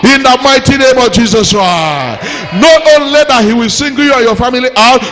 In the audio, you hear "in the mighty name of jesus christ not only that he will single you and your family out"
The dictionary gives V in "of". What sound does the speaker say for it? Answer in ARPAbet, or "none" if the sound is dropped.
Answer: V